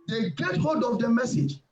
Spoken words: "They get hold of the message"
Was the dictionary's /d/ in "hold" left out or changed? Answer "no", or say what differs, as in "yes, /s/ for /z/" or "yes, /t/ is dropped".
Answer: no